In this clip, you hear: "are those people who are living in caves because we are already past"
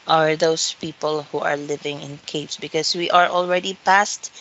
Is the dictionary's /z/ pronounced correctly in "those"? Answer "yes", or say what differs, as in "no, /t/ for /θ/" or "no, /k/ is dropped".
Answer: no, /s/ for /z/